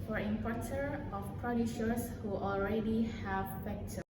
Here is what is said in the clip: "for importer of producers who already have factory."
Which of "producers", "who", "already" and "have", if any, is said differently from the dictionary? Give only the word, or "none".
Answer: producers